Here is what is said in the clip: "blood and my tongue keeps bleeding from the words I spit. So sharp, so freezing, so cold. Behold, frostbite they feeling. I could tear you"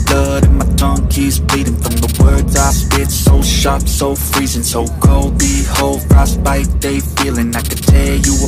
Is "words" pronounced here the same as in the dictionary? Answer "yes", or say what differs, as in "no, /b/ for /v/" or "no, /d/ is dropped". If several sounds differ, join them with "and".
yes